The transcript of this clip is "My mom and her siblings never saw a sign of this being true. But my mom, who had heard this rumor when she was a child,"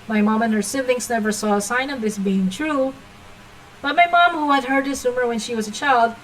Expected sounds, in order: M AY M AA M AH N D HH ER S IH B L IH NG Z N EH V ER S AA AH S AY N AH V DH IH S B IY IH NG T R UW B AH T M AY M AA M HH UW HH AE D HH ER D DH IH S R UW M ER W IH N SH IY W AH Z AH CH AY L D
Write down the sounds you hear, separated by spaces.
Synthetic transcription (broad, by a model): M AY M AA M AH N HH ER S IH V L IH NG S N EH V ER S AA AH S AY N AH V DH IH S B IY IH NG T R UW B AH T M AY M AA M HH UW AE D HH ER D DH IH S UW M ER W IH N SH IY W AH Z AH CH AY L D